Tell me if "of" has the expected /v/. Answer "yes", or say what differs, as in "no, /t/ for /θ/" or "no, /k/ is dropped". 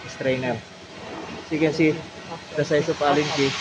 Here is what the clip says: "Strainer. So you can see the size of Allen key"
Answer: no, /p/ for /v/